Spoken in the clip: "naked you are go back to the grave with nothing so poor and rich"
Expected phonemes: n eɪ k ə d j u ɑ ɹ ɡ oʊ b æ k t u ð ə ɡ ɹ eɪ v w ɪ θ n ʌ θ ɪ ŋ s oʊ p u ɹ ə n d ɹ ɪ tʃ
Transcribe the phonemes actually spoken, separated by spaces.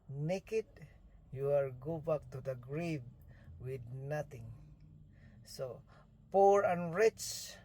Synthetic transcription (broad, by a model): n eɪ k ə d j u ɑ l ɡ oʊ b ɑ k t u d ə ɡ ɹ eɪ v w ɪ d n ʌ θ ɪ ŋ s oʊ p u ɹ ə n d ɹ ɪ tʃ